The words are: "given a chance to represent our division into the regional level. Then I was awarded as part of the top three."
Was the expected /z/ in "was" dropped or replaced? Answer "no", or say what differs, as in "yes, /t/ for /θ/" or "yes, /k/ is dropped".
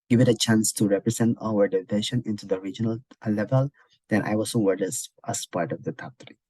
yes, /s/ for /z/